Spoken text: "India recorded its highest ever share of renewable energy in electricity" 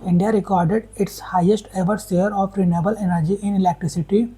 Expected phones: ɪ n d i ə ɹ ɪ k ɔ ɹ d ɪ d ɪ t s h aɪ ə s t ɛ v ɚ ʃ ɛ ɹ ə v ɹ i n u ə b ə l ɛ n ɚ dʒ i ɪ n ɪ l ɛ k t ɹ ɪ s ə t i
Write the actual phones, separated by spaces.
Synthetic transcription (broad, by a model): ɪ n d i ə ɹ ɪ k ɔ ɹ d ɪ d ɪ t s h aɪ ə s t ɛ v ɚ s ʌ ɹ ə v ɹ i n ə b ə l ɛ n ɚ dʒ i ɪ n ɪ l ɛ k t ɹ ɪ s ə t i